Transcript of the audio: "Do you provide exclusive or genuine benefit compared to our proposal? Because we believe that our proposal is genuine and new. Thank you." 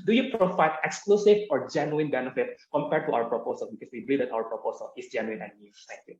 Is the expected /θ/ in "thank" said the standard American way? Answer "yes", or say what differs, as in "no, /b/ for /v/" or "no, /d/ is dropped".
no, /s/ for /θ/